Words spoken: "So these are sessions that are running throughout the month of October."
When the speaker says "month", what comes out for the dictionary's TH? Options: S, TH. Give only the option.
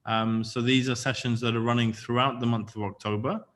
TH